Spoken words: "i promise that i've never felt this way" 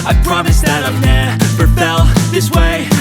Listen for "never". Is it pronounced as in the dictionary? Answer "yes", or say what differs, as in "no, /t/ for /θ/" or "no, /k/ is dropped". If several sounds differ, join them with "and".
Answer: no, /p/ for /v/